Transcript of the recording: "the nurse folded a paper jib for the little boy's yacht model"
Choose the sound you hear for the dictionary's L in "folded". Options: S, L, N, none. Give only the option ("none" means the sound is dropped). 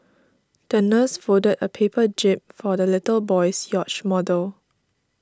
none